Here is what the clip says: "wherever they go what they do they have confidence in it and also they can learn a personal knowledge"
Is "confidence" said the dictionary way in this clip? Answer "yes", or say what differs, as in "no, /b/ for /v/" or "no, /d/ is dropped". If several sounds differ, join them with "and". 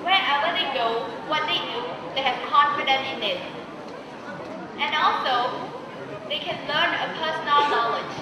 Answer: no, /s/ is dropped